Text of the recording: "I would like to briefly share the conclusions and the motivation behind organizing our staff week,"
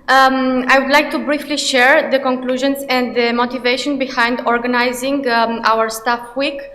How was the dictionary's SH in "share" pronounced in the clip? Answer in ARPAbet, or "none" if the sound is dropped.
SH